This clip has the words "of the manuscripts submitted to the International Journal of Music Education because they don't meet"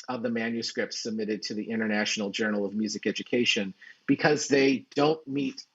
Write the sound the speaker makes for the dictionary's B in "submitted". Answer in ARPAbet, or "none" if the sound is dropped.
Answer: B